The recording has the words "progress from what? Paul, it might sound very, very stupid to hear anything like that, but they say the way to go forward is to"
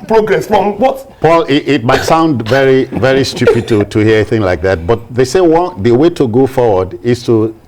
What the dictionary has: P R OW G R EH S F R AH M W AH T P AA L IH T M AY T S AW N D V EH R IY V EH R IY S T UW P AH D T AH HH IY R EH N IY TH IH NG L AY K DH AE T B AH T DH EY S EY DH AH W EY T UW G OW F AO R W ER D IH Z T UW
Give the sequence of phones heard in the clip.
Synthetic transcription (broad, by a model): P R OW G R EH S F R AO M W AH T P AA L IH T M AY T S AW N D V EH R IY V EH R IY S T UW P AH D T AH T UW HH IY IY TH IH NG L AY K DH AE T B AH T DH EY S EY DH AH W EY T UW G OW F AO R W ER D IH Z T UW